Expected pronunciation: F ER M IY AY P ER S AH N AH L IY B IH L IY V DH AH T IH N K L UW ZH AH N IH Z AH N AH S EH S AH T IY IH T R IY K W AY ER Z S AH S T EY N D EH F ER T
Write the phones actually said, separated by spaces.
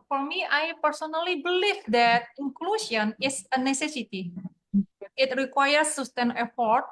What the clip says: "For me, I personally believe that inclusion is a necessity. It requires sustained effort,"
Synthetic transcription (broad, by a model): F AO M IY AY P ER S AH N AH L IY B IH L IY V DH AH T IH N K L UW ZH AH N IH S AH N AH S EH S AH T IY IH T R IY K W AY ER S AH S T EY N EH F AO T